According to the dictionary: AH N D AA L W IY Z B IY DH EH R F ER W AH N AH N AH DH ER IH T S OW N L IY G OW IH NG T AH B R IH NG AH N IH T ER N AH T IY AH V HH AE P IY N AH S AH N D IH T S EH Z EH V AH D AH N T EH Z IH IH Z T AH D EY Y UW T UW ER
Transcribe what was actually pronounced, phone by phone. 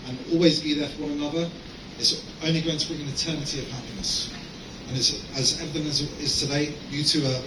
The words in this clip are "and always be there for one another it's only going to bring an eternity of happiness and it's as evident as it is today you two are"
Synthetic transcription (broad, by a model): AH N AA L W IY Z B IY DH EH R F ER W AH N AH N AH DH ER IH T S OW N L IY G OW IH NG T AH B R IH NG AH N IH T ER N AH T IY AH V HH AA P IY N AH S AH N IH T S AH Z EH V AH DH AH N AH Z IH IH Z T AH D EY Y UW T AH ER